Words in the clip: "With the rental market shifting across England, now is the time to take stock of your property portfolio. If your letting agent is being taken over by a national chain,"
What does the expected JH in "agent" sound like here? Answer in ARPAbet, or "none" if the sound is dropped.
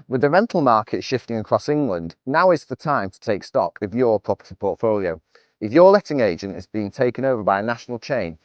JH